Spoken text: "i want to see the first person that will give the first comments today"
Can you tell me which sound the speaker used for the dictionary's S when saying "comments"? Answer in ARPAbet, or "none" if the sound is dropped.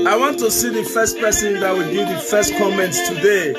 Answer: S